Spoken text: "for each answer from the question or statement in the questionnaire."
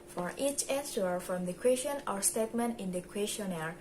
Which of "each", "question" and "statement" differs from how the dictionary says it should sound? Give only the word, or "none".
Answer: none